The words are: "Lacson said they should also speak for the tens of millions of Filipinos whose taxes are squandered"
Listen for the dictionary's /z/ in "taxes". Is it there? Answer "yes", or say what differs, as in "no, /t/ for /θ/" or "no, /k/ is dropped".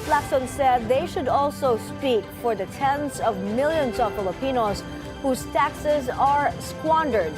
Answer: yes